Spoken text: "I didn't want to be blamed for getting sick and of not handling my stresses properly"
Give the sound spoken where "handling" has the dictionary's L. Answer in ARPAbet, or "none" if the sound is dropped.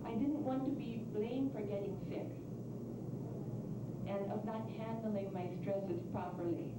L